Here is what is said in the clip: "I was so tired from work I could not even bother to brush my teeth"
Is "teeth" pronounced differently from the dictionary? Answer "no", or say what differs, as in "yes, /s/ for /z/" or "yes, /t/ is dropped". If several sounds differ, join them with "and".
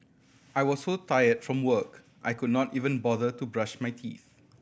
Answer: no